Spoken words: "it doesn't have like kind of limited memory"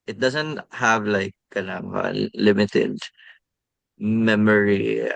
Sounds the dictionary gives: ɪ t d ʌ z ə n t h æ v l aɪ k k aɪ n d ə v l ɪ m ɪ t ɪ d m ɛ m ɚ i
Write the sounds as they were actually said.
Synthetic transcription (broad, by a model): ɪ t d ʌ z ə n t h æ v l aɪ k k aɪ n ə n l ɪ m ɪ t ɪ d m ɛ m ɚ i